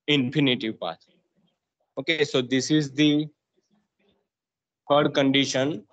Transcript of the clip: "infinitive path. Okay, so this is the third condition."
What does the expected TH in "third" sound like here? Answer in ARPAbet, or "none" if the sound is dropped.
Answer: T